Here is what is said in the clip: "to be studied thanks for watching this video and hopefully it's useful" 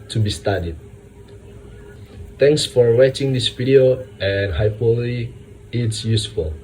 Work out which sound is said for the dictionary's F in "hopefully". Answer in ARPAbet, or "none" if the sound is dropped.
none